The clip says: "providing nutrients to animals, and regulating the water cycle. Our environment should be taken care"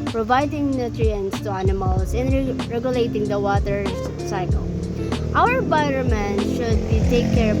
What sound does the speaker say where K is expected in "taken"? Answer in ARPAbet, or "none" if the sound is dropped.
none